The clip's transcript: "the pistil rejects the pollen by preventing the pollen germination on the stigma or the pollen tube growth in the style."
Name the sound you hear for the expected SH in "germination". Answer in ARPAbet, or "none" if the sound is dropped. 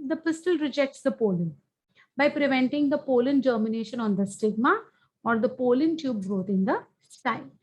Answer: SH